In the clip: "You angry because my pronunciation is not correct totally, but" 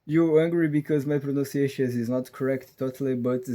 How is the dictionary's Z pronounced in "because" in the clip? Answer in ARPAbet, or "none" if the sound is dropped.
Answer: Z